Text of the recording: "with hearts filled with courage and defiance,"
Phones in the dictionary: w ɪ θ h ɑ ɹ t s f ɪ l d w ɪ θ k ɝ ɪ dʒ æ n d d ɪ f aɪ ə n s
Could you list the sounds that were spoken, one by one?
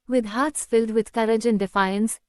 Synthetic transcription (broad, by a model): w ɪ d h ɑ ɹ t s f ɪ l d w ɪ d k ɝ ɪ dʒ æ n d d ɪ f aɪ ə n s